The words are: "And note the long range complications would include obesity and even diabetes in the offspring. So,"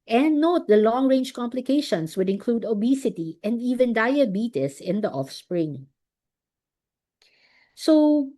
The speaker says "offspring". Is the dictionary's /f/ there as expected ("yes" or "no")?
yes